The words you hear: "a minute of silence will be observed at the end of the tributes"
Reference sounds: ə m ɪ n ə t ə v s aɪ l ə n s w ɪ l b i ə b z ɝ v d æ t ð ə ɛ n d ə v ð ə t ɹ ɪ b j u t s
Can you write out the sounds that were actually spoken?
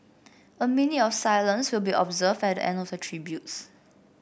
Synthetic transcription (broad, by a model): ə m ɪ n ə ə f s aɪ l ə n s w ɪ l b i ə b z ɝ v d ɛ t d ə ɛ n d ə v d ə t ɹ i b j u t s